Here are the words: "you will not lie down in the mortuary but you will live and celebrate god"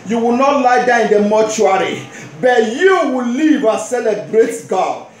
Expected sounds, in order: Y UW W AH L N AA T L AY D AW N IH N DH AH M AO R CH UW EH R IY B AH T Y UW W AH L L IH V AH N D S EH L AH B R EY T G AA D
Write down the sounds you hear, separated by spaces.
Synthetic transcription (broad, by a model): Y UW W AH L N AA T L AY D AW IH N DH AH M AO CH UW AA R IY B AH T Y UW W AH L L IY V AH S EH L AH B R EY T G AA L